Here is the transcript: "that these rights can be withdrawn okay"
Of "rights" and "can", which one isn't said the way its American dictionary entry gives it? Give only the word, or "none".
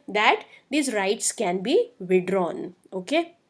none